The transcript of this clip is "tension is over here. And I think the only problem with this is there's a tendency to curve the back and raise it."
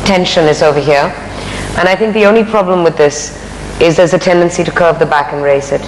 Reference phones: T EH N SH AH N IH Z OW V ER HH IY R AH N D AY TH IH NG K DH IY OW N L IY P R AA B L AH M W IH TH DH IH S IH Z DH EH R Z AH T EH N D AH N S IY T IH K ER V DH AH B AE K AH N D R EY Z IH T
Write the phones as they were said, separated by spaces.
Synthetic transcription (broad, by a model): T EH N SH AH N IH Z OW V ER HH IY R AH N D AY TH IH NG K DH IY OW N L IY P R AA B L AH M W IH DH IH S IH Z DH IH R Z AH T EH N D AH N S IY T IH K ER V DH AH B AE K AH N R EY S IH T